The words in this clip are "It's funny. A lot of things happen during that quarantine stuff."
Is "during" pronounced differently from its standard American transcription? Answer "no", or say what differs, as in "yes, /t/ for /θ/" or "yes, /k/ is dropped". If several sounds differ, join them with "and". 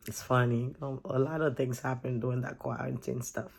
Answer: yes, /ɹ/ is dropped